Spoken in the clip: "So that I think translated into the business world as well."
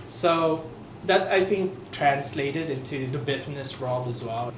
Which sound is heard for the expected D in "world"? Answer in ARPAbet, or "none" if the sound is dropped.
none